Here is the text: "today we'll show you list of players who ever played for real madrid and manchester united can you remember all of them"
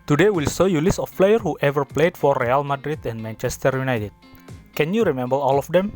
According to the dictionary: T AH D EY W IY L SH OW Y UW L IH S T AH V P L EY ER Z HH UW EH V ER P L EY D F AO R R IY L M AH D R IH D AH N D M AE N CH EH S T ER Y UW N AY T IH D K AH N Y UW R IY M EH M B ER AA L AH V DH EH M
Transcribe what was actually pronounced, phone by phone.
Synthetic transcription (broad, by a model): T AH D EY W IY L S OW Y UW L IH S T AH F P L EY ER HH UW EH V ER P L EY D F AO R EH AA L M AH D R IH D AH N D M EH N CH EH S T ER Y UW N AY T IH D K AH N Y UW R IY M EH M B ER AA L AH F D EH M